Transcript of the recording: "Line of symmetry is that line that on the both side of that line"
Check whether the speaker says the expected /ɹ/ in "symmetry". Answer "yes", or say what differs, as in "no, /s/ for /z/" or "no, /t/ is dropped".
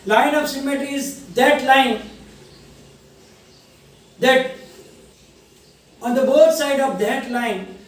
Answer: no, /ɹ/ is dropped